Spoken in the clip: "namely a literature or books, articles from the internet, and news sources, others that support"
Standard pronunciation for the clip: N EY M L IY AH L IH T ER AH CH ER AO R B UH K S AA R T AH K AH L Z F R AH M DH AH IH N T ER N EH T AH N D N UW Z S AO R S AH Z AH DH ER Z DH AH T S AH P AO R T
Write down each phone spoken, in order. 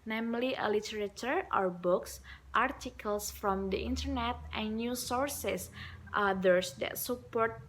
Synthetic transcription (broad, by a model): N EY M L IY AH L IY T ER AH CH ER AO R B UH K S AA R T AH K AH L S F R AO M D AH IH N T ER N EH T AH N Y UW S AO R S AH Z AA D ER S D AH T S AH P AO R T